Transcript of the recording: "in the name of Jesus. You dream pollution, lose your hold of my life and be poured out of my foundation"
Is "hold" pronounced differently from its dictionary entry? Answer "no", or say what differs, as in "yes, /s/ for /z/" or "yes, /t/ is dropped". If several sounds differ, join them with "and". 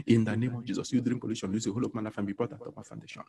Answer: yes, /d/ is dropped